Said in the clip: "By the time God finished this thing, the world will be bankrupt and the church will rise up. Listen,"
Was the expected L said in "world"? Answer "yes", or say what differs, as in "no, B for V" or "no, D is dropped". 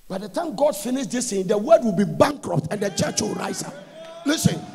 no, L is dropped